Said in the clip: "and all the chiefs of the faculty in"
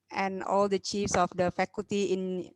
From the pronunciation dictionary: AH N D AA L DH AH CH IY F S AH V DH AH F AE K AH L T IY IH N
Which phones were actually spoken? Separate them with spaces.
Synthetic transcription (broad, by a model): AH N AA L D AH CH IY F S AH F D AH F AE K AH L T IY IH N